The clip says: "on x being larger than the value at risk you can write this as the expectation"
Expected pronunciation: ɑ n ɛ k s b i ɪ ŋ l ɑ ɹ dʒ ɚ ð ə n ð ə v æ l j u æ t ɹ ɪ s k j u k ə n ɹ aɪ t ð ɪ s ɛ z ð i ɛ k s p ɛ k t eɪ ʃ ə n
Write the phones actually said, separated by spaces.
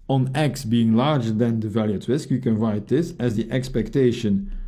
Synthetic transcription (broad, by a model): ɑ n ɛ k s b i ɪ ŋ l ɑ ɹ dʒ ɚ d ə n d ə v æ l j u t w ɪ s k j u k ə n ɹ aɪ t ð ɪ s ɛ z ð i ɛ k s p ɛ k t eɪ ʃ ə n